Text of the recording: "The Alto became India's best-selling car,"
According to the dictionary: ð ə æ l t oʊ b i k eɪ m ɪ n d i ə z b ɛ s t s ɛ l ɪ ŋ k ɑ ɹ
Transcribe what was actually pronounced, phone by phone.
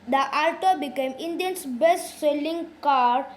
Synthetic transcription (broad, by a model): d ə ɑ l t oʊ b i k eɪ m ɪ n d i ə s b ɛ s t s ɛ l ɪ ŋ k ɑ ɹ